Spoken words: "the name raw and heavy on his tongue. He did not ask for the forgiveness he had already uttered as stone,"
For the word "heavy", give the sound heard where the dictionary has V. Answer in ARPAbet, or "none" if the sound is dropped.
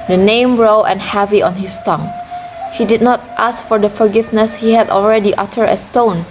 V